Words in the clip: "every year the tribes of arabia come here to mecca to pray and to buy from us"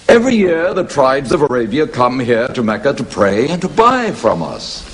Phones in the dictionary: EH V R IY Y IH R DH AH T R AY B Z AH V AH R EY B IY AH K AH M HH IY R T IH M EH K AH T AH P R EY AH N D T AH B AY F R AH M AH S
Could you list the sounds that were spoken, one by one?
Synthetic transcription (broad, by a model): EH V R IY Y IH R DH AH T R AY B Z AH V AH R EY B IY AH K AH M HH IY R T IH M EH K AH T AH P R EY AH N T AH B AY F R AH M AH S